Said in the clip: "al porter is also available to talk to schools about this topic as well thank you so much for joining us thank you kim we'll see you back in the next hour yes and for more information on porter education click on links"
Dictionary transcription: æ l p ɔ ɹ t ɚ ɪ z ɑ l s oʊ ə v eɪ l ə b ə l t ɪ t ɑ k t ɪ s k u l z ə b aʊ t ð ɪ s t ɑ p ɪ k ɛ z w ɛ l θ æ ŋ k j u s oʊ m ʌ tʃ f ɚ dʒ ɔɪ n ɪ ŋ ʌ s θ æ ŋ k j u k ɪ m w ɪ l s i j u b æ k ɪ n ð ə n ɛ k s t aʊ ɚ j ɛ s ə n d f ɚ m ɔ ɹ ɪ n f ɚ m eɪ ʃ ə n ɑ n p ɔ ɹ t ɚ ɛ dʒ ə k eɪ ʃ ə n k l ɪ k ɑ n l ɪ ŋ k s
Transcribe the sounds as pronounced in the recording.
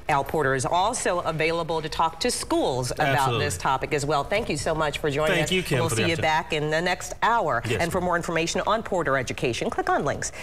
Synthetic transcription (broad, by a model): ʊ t p ɔ ɹ t ɚ ɪ z ɑ l s oʊ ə v eɪ l ə b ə l t ɪ t ɑ k t ɪ s k u l z ə b aʊ t ð ɪ s t ɑ p ɪ k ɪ z w ɛ l θ æ ŋ k j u s oʊ m ʌ tʃ f ɚ dʒ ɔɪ ɪ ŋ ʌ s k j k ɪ w ɪ l s i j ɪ b æ k ɪ n ð ə n ɛ k s t aʊ ɚ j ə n f ɚ m ɔ ɹ ɪ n f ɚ m eɪ ʃ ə n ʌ n p ɔ ɹ t ɚ ɛ dʒ ə k eɪ ʃ ə n k l ɪ k n l ɪ ŋ k s